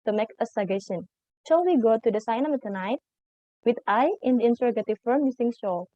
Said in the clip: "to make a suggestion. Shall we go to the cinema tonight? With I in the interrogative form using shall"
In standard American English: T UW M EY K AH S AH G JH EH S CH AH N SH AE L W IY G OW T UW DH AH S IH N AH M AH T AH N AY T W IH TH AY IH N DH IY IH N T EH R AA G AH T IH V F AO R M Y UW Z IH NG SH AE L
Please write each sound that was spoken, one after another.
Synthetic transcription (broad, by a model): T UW M EY K AH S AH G EH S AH N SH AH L W IY G OW T UW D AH S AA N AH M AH T AH N AY T W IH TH AY IH N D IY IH N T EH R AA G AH T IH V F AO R M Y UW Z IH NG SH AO